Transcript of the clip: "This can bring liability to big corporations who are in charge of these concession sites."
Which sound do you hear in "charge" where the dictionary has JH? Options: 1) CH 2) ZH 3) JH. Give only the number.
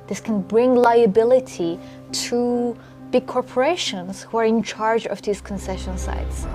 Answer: 3